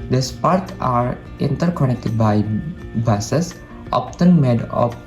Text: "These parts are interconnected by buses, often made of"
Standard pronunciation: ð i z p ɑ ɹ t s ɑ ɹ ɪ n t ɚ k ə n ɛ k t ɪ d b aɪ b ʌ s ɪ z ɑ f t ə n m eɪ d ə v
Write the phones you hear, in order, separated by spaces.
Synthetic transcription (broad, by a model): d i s p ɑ ɹ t ɑ ɹ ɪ n t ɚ k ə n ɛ k t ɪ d b aɪ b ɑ s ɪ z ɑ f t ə n m eɪ d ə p